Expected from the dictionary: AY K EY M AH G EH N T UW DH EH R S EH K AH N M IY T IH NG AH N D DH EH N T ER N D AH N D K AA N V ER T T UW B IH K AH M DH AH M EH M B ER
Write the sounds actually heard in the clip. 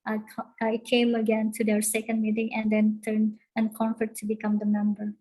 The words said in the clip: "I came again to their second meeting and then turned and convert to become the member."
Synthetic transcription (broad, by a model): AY K EY M AH G EH N T UW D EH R S EH K AH N M IY T IH NG AH N D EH N T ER N AH N K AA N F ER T T UW B IH K AH M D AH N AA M B ER